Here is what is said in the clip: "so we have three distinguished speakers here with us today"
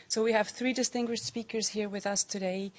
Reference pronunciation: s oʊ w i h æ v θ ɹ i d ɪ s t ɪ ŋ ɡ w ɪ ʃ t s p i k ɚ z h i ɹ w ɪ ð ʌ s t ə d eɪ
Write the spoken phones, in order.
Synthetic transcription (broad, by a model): s oʊ w i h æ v θ ɹ i d ɪ s t ɪ ŋ ɡ w ɪ ʃ t s p i k ɚ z h i ɹ w ɪ ð ʌ s t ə d eɪ